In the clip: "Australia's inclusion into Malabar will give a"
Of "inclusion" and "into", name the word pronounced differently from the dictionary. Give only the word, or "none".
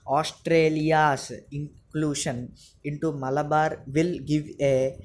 inclusion